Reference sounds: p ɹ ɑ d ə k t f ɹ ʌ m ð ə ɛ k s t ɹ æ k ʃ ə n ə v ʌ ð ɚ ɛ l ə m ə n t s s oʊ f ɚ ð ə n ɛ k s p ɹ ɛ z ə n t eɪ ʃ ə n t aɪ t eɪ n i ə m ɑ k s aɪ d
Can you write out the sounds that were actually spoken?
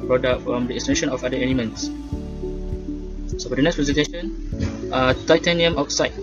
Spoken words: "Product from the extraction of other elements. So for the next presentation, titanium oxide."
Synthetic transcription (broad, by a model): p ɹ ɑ d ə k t f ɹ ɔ m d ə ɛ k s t ɛ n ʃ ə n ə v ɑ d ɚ ɛ l ə m ə n t s s oʊ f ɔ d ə n ɛ k s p ɹ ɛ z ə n t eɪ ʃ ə n t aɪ t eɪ n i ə m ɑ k s aɪ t